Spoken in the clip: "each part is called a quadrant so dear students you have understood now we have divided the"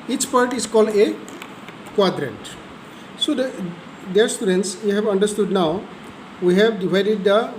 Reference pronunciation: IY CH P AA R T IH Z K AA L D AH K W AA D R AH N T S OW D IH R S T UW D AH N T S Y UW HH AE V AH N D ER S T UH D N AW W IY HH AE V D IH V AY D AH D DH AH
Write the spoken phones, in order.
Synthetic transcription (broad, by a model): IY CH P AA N T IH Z K AA L D AH K W AA D R AH N T S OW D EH R S T UW D AH N T S Y UW HH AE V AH N D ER S T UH D N AW W IY HH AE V D IH V AY D AH D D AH